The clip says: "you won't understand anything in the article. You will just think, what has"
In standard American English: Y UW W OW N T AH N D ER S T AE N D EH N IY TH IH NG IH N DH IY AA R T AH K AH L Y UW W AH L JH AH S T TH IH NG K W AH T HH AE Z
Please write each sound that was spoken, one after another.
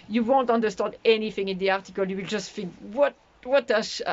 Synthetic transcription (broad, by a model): Y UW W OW N T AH N D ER S T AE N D EH N IY TH IH NG IH N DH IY AA R T AH K AH L Y UW W AH L JH AH S T F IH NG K W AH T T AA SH